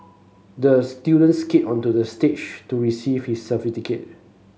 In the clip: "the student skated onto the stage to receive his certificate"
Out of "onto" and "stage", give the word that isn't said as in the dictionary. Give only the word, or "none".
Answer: stage